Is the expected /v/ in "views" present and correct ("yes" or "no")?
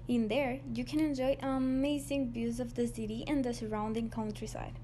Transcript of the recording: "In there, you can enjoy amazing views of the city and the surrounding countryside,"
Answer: no